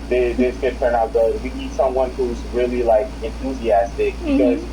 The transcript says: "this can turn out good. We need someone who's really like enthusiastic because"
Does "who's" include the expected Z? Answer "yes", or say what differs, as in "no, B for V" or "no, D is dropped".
yes